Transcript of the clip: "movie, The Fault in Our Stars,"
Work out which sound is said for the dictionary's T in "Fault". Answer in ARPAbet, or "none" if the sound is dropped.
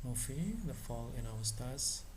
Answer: none